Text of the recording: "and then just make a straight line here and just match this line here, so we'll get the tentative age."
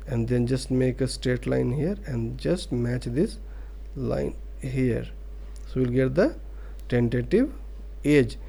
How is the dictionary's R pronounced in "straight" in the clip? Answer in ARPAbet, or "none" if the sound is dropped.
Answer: none